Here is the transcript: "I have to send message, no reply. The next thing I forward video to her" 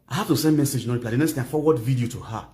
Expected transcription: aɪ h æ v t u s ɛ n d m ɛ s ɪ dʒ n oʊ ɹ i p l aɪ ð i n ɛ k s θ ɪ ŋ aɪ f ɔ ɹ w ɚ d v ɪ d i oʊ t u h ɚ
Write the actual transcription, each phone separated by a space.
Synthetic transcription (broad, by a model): aɪ h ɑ f t u s ɛ n d m ɛ s ɪ dʒ n oʊ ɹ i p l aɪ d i n ɛ k s t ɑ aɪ f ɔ w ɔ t v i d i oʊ t u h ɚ